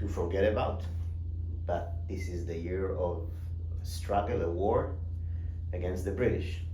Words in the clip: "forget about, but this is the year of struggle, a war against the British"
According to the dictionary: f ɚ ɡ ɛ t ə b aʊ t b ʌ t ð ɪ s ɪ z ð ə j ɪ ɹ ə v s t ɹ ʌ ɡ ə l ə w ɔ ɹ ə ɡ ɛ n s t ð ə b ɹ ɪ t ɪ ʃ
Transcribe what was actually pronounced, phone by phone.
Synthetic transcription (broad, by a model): f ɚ ɡ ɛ t ə b aʊ t b ʌ t ð ɪ s ɪ z ð ə j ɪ ɹ ə v s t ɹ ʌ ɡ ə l ə w ɔ ɹ ə ɡ ɛ n s t ð ə b ɹ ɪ t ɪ ʃ